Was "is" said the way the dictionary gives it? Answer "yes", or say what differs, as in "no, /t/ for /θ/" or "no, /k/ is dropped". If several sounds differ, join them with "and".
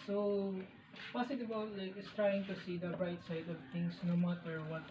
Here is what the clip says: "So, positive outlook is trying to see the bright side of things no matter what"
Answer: no, /s/ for /z/